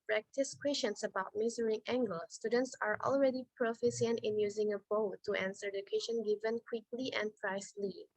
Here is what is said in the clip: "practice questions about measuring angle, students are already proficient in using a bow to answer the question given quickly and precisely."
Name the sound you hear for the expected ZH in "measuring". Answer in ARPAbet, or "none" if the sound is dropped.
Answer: Z